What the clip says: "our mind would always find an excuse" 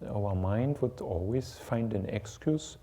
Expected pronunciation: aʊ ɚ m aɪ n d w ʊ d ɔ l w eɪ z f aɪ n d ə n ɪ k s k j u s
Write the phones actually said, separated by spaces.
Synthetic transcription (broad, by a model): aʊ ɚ m aɪ n d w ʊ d ɔ l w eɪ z f aɪ n d ə n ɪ k s k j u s